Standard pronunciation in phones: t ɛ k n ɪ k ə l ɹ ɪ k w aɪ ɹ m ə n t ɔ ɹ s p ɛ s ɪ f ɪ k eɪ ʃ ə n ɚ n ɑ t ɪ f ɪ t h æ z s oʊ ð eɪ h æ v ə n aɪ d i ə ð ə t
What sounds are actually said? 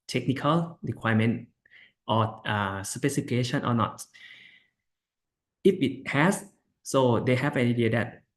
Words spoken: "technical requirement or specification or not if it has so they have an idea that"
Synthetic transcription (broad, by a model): t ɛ k n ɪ k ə l ɹ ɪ k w aɪ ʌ m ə n t ɔ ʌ s ʌ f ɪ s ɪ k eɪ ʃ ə n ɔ n ɑ t ɪ f ɪ t h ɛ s s oʊ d eɪ h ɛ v ə n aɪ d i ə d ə t